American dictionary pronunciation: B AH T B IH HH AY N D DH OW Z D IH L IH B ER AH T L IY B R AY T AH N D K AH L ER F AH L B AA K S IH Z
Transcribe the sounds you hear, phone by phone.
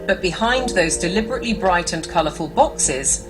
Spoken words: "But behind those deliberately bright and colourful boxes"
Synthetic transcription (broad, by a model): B AH T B IH HH AY N DH OW Z D IH L IH B ER AH T L IY B R AY T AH N K AH L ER F AH L B AA K S IH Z